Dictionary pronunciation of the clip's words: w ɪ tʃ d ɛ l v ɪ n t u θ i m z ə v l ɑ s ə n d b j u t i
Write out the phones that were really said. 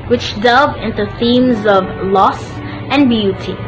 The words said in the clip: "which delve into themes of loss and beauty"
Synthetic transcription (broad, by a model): w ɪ tʃ d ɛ l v ɪ n t u θ i m z ə v l ɑ s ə n b j u t i